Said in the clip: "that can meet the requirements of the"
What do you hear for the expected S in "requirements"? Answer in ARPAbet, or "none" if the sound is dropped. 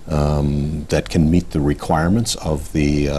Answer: S